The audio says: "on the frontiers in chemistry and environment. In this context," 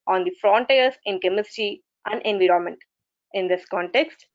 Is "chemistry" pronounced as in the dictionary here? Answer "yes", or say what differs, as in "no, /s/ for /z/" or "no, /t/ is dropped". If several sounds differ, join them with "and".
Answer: no, /ɹ/ is dropped